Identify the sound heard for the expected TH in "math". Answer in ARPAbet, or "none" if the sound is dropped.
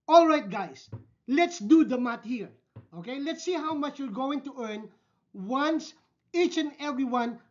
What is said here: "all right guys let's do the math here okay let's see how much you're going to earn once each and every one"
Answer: T